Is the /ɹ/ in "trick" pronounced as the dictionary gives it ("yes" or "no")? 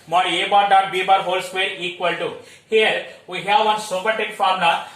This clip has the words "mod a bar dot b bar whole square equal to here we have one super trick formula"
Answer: no